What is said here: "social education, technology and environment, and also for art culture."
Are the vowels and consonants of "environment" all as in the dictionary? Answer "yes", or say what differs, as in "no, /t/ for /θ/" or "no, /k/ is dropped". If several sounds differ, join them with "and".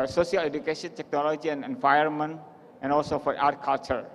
no, /ɹ/ is dropped